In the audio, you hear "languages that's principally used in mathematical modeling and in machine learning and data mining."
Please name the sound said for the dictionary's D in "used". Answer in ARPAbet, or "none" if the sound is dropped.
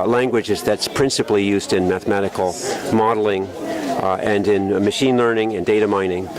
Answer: D